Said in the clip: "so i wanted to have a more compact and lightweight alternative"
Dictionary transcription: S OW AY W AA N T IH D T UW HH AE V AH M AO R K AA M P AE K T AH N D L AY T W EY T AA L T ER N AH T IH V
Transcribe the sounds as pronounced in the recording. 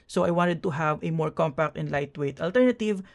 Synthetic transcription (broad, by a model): S OW AY W AA N T IH D T UW HH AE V AH M AO R K AA M P AE K T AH N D L AY T W EY T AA L T ER N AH T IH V